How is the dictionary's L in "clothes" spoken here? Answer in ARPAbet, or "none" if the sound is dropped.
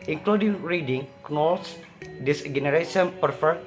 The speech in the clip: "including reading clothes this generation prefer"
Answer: N